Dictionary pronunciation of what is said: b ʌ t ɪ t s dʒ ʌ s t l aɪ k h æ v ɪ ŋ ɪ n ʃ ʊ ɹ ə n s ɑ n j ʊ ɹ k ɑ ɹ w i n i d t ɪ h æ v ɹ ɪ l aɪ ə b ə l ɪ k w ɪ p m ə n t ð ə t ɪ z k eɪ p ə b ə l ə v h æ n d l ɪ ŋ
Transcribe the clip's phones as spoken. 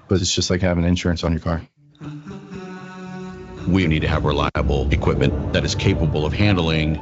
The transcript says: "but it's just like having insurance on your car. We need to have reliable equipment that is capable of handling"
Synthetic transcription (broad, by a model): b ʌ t ɪ t s dʒ ʌ s t l aɪ k h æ v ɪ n ɪ n ʃ ʊ ɹ ə n s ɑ n j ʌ ɹ k ɑ ɹ w i n i d t ɪ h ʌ v ɹ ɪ l aɪ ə b l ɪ k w ɪ p m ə n ð ə t ɪ z k eɪ p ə b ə l ə v h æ n d l ɪ ŋ